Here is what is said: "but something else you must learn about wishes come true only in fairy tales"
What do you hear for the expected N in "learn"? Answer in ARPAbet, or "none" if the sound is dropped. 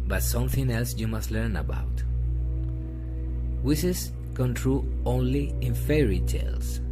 N